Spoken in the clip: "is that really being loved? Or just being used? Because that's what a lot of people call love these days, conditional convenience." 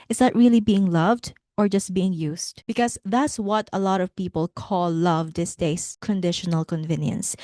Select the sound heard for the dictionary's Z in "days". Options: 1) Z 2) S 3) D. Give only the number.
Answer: 2